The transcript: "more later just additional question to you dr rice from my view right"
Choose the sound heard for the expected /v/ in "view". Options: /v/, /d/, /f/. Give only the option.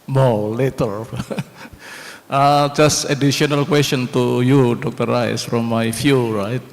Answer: /f/